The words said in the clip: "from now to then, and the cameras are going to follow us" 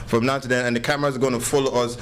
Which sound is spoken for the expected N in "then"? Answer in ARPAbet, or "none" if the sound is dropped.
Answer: none